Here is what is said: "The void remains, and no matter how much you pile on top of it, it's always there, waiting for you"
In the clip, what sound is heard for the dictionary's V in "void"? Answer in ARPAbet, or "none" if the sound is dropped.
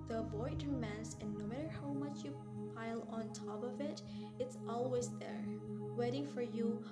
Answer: B